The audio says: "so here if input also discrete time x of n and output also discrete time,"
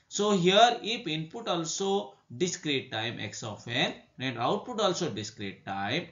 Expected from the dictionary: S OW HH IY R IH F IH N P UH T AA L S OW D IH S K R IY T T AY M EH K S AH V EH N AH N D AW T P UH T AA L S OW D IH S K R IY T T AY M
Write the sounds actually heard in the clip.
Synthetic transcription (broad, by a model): S OW HH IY R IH P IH N P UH T AA L S OW D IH S K R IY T T AY M EH K S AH F EH N AH N D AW T P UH T AA L S OW D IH S K R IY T T AY M